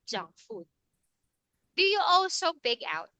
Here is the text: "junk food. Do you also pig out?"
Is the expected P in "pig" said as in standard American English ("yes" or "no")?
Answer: no